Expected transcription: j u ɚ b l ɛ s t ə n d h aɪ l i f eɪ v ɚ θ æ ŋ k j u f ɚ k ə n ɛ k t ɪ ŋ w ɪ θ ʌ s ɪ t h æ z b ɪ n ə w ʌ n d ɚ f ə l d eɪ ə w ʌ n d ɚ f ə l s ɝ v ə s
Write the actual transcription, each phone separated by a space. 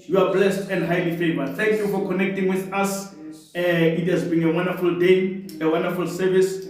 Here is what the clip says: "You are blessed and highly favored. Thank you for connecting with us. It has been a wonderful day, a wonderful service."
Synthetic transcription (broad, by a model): j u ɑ b l ɛ s t ə n d h aɪ l i f eɪ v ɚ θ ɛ ŋ k j u f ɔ k ə n ɛ k t ɪ ŋ w ɪ θ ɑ s ɪ t h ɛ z b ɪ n ə w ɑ n d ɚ f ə l d eɪ ə w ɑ n d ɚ f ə l s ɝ v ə s